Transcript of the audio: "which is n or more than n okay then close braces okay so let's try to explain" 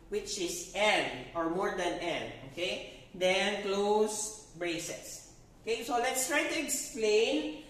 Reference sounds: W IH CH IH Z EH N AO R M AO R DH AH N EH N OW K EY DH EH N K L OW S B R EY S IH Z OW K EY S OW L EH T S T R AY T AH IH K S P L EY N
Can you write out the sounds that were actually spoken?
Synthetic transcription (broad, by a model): W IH CH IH S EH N AO R M AO R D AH N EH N OW K EY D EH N K L OW S B R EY S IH S OW K EY S OW L EH T S T R AY T AH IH K S P L EY N